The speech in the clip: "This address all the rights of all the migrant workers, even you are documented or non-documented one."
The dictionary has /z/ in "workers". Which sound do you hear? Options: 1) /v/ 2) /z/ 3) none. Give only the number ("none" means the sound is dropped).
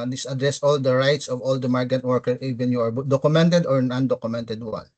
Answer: 3